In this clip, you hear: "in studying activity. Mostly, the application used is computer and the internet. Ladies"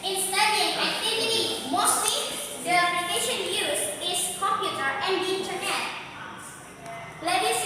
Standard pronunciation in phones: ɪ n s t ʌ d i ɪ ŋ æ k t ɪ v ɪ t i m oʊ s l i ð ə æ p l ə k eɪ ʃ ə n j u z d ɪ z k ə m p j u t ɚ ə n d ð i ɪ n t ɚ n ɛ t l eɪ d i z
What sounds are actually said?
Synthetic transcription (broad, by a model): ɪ n s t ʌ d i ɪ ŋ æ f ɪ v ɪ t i m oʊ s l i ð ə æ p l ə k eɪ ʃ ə n j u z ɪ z k ə m p j u t ɚ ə n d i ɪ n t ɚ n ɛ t l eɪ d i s